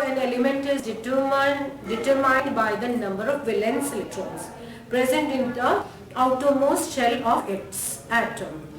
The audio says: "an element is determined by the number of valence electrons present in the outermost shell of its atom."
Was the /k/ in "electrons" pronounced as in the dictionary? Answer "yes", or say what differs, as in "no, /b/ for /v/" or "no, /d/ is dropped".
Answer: no, /k/ is dropped